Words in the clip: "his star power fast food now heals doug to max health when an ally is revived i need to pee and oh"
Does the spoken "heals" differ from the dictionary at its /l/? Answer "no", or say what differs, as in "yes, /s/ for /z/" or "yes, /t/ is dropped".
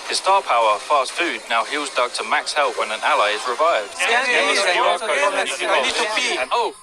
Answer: no